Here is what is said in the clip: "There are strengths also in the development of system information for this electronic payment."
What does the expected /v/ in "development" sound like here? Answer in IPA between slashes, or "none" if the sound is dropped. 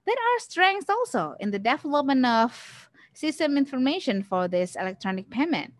/f/